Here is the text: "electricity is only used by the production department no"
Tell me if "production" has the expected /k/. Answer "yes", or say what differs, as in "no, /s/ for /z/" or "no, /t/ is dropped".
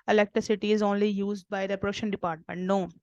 no, /k/ is dropped